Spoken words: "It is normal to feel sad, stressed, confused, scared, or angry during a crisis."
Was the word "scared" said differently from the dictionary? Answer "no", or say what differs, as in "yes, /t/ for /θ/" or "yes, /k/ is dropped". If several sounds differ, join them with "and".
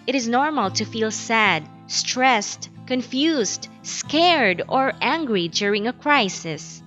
no